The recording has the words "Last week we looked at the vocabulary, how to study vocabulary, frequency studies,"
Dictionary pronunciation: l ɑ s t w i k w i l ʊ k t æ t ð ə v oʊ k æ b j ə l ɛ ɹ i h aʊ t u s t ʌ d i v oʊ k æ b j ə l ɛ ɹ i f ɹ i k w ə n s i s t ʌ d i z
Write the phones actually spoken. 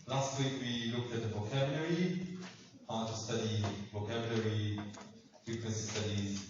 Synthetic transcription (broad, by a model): l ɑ s t w i k w i l ʊ k t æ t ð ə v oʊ k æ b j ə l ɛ ɹ i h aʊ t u s t ʌ d i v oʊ k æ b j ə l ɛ ɹ i f ɹ i k w ə n s i s t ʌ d i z